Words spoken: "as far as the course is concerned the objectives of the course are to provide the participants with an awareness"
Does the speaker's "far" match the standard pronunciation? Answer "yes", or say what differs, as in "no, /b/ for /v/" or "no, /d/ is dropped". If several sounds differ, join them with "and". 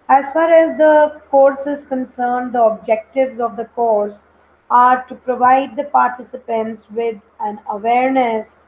yes